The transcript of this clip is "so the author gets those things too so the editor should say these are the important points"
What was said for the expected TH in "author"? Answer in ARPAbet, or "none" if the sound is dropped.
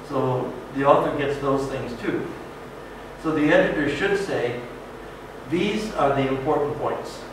TH